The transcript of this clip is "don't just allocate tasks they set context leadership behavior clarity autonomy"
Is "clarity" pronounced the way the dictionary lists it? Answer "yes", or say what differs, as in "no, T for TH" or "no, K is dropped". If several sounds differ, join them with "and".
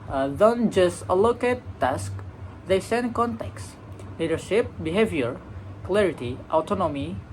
yes